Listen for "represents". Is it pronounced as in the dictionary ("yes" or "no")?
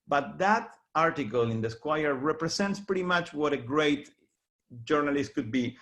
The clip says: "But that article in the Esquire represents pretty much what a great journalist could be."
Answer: no